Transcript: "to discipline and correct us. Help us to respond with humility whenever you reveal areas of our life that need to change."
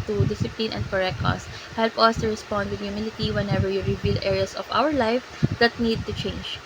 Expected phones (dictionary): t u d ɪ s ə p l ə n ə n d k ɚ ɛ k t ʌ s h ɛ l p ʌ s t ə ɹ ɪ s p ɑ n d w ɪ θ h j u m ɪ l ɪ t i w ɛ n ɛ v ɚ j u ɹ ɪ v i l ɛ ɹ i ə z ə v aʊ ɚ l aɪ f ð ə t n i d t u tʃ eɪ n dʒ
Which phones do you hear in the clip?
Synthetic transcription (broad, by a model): t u d ɪ s ə p l ə n ə n d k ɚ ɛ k ʌ s h ɛ l p ʌ s t ə ɹ ɪ s p ɑ n d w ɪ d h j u m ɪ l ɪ t i w ɛ n ɛ v ɚ j u ɹ ɪ v i l ɛ ɹ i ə s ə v aʊ ɚ l aɪ f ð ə t n i d t u tʃ eɪ n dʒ